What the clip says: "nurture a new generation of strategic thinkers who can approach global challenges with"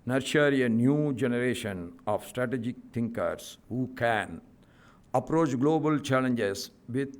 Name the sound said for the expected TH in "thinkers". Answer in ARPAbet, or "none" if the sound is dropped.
T